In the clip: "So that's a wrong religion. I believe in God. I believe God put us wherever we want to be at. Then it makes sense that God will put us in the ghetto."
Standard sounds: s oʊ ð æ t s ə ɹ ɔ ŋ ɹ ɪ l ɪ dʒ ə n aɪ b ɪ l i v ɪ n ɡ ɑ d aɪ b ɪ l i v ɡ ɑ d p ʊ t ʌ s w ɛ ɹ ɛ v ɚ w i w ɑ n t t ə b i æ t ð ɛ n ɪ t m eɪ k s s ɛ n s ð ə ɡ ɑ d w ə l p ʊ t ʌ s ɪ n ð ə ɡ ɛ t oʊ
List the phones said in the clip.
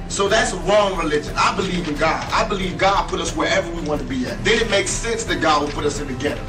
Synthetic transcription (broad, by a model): s oʊ ð æ t s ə ɹ ɔ ŋ ɹ ɪ l ɪ dʒ ə n aɪ b ɪ l i v ɪ n ɡ ɑ d aɪ b ɪ l i v ɡ ɑ d p ʊ t ʌ s w ɛ ɹ ɛ v ɚ w i w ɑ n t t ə b i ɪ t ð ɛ ɪ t m eɪ k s s ɛ n s ð ə ɡ ɑ d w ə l p ʊ t ʌ s ɪ n ð ə ɡ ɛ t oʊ